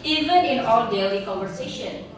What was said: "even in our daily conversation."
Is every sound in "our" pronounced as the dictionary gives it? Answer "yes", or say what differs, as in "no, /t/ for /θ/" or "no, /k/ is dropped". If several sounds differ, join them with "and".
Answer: no, /l/ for /ɹ/